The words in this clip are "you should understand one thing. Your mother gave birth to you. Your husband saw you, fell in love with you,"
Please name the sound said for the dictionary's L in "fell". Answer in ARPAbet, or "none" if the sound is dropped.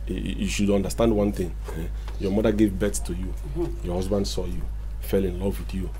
L